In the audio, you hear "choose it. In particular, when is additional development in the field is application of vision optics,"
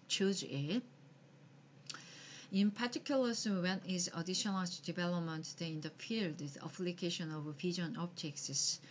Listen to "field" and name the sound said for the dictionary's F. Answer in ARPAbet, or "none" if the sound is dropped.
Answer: P